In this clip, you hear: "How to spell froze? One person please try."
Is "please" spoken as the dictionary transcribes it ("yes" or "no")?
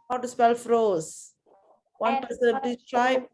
no